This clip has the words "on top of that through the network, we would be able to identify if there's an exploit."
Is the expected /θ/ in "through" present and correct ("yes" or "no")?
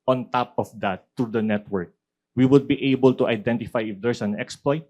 no